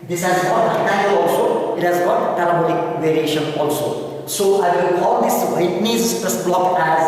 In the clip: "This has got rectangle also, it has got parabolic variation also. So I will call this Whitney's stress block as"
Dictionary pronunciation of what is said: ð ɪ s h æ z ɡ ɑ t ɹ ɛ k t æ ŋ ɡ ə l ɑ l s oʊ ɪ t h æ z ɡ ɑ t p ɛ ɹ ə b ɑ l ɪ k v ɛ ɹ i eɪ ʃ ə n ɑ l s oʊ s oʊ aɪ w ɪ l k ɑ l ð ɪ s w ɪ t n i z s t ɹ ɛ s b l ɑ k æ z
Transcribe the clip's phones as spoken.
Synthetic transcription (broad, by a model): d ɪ s h æ z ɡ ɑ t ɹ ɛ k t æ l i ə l ɑ l s oʊ ɪ t h æ z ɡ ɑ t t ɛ l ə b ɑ n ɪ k v ɛ ɹ i eɪ ʃ ə n ɑ l s oʊ s oʊ aɪ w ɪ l k ɑ l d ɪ s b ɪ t n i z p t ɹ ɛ s b l ɑ k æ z